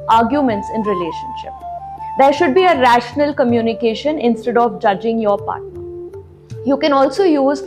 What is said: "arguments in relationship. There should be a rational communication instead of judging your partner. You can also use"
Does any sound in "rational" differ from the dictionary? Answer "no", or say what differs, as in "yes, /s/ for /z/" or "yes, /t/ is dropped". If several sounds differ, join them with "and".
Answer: no